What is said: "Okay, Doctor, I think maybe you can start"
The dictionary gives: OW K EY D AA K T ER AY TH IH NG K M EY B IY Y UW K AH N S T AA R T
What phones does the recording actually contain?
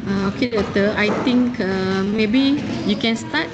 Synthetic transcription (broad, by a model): OW K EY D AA T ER AY T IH NG K M EY B IY Y UW K AH N S T AA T